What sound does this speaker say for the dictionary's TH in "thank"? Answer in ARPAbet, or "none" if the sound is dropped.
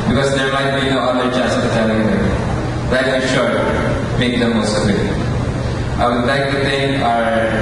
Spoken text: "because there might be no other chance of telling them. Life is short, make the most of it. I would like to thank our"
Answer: T